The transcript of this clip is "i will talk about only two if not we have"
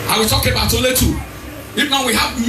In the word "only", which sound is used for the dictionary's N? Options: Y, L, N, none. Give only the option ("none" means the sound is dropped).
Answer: none